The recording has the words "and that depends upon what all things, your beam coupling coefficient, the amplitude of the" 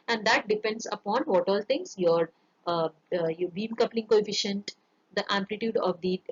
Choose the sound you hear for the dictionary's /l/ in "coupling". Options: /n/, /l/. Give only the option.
/l/